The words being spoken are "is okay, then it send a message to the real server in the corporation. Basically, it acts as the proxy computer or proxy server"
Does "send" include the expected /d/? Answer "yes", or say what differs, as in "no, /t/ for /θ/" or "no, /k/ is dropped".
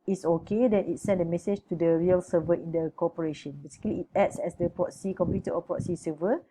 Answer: yes